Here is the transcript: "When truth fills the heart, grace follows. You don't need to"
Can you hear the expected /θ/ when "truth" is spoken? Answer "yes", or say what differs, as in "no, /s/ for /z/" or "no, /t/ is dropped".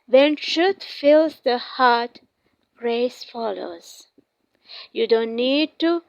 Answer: no, /t/ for /θ/